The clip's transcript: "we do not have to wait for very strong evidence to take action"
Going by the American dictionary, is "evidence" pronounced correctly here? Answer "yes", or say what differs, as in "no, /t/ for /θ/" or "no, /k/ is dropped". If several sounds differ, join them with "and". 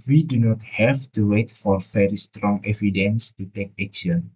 yes